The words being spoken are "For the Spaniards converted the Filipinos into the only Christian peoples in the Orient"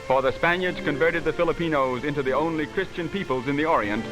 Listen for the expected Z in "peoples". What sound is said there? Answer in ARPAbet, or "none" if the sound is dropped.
Z